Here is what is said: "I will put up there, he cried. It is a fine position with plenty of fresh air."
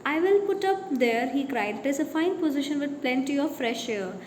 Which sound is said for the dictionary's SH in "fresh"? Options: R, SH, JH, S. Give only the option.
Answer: SH